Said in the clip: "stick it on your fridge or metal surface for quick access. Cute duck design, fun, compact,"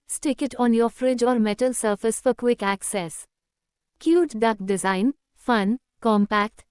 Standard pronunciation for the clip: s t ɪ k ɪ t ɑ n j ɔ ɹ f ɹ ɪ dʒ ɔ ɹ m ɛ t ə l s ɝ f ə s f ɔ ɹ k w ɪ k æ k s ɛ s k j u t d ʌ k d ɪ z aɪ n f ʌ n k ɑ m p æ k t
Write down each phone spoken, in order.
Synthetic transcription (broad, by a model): s t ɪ k ɪ t ɑ n j ɔ ɹ f ɹ ɪ dʒ ɔ ɹ m ɛ t ə l s ɝ f ə s f ɔ ɹ k w ɪ k æ k s ɛ s k j u t d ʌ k d ɪ z aɪ n f ʌ n k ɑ m p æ k t